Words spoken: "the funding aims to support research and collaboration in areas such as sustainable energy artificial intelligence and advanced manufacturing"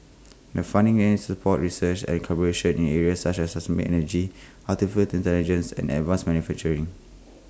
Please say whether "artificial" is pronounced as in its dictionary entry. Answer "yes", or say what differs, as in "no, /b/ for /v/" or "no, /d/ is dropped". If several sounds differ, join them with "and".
no, /l/ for /ɹ/